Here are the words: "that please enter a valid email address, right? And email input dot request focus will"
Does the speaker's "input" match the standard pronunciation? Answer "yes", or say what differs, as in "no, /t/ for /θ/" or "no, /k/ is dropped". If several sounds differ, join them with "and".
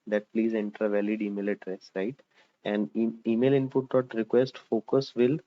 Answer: yes